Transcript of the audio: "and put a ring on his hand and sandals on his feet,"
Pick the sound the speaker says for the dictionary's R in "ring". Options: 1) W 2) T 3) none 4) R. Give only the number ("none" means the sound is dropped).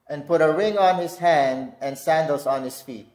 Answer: 4